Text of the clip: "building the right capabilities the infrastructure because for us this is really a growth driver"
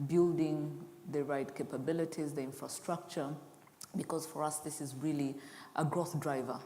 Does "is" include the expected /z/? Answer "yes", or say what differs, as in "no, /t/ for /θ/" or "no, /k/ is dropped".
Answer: yes